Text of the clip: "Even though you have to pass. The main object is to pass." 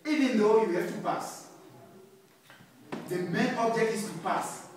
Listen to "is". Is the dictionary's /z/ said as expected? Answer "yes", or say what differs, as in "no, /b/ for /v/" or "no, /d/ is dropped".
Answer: no, /s/ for /z/